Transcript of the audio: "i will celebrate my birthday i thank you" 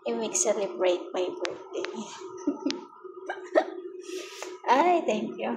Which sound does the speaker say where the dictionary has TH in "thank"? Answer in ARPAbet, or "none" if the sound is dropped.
T